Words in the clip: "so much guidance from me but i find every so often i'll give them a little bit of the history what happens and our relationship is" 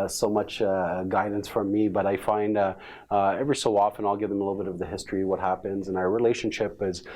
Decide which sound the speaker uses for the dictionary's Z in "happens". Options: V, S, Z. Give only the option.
Z